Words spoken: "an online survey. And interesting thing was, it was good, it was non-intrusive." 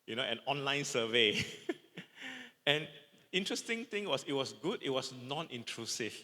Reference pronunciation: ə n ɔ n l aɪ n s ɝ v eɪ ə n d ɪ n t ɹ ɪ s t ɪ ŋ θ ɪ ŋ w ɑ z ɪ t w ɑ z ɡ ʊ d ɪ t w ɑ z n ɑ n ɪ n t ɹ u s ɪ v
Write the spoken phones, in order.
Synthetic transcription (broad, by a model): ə n ɔ n l aɪ n s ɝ v eɪ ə n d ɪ n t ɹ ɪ s t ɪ ŋ t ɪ ŋ w ɑ s ɪ t w ɑ s ɡ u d ɪ t w ɑ s n ɑ n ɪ n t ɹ u s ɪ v